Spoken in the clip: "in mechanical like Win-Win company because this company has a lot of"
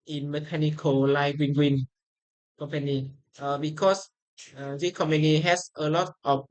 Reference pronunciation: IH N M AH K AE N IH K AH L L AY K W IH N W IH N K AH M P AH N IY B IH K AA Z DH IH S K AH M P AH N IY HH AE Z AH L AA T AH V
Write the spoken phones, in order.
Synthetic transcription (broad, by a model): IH N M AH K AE N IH K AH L L AY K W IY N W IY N K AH M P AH N IY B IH K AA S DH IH K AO M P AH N IY HH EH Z AH L AA T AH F